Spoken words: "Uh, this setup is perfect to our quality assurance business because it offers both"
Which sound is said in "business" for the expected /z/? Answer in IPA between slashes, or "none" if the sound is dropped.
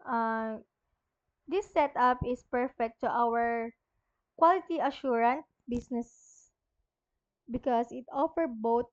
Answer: /s/